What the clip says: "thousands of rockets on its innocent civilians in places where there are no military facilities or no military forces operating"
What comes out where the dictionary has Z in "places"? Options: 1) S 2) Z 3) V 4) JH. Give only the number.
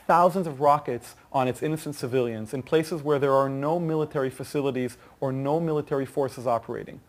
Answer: 2